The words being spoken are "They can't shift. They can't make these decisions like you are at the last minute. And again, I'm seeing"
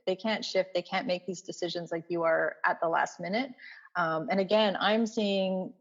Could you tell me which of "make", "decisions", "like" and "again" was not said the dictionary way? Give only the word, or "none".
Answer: none